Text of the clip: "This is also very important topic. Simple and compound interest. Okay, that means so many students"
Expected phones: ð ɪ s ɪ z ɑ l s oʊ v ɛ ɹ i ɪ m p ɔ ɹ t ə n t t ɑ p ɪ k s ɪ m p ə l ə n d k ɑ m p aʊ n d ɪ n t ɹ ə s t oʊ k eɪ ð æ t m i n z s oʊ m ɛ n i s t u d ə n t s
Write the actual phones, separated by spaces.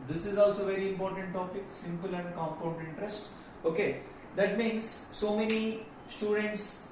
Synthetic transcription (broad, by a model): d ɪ s ɪ z ɑ l s oʊ v ɛ ɹ i ɪ m p ɔ ɹ t ə n t t ɑ p ɪ k s ɪ m p ə l ə n d k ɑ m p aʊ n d ɪ n t ɹ ə s t oʊ k eɪ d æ t m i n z s oʊ m ɛ n i s t u d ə n t s